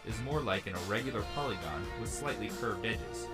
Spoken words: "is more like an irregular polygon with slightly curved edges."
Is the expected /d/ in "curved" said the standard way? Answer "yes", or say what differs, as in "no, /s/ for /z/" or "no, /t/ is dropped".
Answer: yes